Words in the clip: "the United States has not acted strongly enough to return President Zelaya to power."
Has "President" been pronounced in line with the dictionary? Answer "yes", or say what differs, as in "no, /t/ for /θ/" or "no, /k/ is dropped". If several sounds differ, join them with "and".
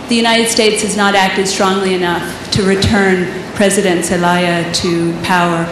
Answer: yes